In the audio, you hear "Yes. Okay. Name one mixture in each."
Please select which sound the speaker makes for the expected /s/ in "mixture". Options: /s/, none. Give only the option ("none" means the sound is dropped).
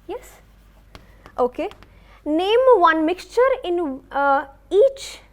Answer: /s/